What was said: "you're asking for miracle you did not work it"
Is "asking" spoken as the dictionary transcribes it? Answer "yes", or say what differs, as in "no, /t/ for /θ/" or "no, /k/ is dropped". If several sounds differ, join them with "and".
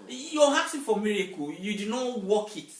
no, /k/ is dropped